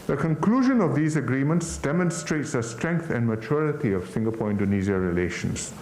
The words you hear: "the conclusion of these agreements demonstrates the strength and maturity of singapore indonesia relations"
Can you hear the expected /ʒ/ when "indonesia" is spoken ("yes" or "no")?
no